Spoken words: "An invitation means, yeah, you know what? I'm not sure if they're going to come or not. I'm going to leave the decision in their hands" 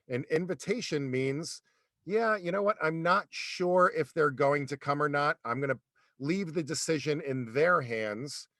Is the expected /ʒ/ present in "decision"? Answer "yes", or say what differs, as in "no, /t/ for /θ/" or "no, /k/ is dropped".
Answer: yes